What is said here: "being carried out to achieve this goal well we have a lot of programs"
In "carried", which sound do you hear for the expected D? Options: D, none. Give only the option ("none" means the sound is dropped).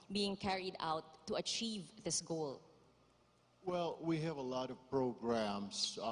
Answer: D